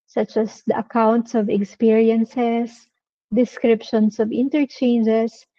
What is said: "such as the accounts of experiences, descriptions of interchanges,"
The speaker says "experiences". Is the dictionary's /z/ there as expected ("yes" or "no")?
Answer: no